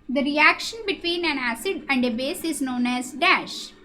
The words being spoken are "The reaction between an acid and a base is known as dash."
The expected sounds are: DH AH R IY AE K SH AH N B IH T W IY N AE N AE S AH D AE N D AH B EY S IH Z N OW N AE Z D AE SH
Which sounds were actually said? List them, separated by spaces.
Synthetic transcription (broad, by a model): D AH R IY AE K SH AH N B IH T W IY N AE N AE S AH D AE N D AH B EY S IH Z N OW N AE Z D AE SH